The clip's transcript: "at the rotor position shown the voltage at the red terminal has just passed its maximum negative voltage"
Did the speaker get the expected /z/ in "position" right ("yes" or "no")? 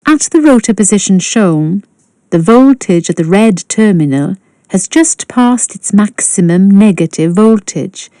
yes